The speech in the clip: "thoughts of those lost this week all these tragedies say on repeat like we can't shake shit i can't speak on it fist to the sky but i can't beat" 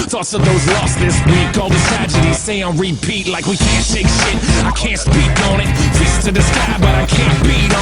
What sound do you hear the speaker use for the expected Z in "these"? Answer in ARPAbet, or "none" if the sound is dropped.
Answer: none